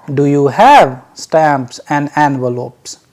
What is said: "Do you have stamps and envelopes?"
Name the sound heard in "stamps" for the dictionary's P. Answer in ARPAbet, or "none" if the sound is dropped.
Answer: P